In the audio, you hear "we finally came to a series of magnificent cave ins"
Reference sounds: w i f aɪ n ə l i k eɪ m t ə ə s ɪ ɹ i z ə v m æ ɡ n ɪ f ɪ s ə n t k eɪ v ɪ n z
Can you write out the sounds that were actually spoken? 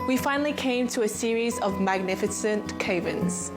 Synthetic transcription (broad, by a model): w i f aɪ n ə l i k eɪ m t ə ə s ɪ ɹ i z ə v m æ ɡ n ɪ f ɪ s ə n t k eɪ v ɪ n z